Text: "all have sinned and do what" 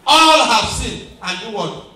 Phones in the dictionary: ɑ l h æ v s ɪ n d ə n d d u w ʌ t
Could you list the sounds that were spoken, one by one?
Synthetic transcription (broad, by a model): ɑ l h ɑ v s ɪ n ə n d d u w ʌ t